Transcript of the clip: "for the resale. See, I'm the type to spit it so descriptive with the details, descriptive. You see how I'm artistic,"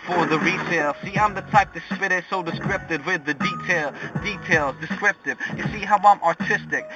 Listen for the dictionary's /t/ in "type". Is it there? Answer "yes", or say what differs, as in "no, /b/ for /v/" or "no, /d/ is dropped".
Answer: yes